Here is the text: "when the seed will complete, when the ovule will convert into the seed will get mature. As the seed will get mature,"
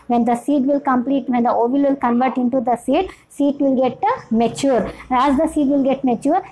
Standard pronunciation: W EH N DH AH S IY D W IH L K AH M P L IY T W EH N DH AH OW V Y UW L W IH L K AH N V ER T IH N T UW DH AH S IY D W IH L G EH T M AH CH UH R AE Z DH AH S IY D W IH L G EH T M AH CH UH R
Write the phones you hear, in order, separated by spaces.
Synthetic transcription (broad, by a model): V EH N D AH S IY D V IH L K AH M P L IY T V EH N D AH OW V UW L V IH L K AH N V ER T IH N T UW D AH S IY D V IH L G EH T M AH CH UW R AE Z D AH S IY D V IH L G EH T M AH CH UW R